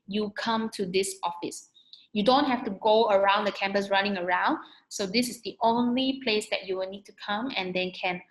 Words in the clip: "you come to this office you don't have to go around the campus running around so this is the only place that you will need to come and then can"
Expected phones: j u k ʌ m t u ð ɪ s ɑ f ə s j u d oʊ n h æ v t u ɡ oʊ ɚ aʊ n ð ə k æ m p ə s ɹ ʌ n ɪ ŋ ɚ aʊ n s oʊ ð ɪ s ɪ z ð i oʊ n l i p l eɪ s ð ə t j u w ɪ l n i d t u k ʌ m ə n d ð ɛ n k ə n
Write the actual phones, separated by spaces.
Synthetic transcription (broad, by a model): j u k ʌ m t u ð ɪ s ɑ f ə s j u d oʊ n h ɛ f t u ɡ oʊ ɚ aʊ n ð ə k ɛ m p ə s ɹ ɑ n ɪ ŋ ɚ aʊ n s oʊ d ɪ s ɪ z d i oʊ n l i p l eɪ s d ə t j u w ɪ l n i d t u k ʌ m ə n d ɛ n k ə n